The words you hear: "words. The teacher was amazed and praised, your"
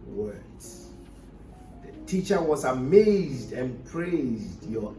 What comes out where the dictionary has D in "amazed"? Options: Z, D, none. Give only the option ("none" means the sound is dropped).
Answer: D